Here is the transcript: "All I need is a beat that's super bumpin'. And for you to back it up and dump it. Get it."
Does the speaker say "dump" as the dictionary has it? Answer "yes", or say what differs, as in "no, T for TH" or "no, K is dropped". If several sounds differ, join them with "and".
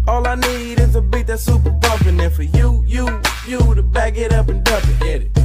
no, M is dropped